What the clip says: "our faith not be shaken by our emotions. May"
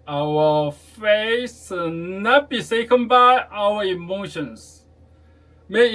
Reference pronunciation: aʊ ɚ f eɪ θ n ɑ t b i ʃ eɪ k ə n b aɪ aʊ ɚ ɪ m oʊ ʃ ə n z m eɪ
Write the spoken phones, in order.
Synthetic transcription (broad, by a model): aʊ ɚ f eɪ s n ɑ t b i s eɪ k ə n b aɪ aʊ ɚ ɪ m oʊ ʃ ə n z m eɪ